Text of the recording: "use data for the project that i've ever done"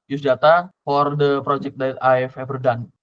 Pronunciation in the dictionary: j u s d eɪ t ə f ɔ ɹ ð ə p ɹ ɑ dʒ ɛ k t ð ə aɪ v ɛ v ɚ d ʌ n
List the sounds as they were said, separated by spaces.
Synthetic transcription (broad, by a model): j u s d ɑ t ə f ɔ ɹ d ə p ɹ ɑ dʒ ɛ k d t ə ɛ f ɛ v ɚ d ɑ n